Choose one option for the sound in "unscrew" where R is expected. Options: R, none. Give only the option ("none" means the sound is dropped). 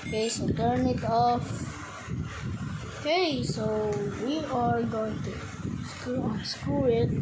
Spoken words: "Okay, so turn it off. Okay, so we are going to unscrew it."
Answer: none